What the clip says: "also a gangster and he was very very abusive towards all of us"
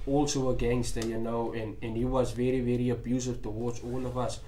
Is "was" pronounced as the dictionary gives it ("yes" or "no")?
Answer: yes